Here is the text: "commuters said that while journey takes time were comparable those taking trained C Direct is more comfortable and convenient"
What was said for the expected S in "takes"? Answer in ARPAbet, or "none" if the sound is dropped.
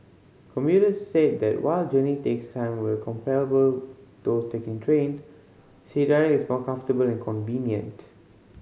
S